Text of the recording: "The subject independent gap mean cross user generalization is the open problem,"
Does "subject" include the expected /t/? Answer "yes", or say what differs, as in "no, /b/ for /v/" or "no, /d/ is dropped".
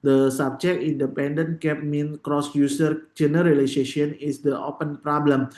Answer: no, /t/ is dropped